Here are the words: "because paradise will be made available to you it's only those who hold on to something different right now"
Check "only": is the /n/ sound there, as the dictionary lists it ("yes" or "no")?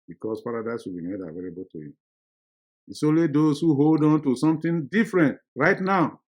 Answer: no